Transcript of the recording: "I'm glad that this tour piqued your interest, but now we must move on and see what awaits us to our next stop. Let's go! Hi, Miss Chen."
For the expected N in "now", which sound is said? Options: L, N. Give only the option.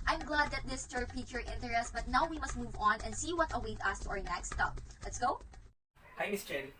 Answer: N